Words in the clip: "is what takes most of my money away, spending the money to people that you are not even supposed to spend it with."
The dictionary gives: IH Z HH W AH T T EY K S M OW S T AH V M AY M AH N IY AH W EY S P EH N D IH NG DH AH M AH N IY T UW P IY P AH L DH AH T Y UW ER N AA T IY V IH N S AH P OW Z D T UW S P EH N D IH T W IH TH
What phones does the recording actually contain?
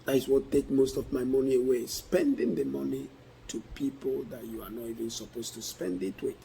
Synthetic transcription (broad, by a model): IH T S W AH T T EY K M OW S T AH V M AY M AH N IY AH W EY S P EH N D IH NG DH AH M AH N IY T UW P IY P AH L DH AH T Y UW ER N AA T IY V IH N S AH P OW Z T UW S P EH N D IH T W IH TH